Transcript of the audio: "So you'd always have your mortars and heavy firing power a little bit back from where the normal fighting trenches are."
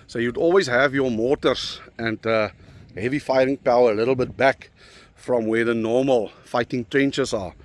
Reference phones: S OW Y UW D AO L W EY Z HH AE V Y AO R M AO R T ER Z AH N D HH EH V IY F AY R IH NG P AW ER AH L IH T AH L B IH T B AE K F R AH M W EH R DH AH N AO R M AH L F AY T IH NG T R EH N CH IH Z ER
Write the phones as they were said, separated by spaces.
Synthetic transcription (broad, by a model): S OW Y UW D AO L W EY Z HH AE V Y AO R M AO T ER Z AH N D HH EH V IY F AY R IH NG P AW ER AH L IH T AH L B IH T B AE K F R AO M W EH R DH AH N AO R M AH L F AY T IH NG T R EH N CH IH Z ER